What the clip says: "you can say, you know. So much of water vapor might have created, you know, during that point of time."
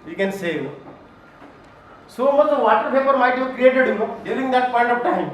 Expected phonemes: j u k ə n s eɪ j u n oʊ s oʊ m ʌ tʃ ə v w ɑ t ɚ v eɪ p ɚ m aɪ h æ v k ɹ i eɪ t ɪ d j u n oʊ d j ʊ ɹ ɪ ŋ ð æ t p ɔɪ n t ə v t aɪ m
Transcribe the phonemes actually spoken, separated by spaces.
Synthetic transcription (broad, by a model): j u k ə n s eɪ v s oʊ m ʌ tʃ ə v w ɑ t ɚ p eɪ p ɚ m aɪ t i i k ɹ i eɪ t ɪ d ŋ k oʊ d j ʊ ɹ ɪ ŋ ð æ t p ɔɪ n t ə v t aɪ m